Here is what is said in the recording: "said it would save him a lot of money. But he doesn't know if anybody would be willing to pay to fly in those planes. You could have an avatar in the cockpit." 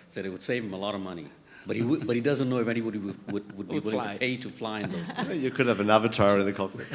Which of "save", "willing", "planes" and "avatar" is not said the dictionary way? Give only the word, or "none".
planes